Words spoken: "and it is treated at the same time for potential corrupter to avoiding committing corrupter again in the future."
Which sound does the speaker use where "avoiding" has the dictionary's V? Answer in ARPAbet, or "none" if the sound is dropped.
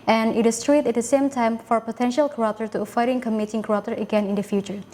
F